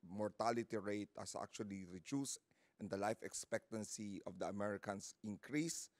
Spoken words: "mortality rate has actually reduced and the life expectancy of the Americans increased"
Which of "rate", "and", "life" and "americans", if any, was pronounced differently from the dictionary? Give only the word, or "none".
americans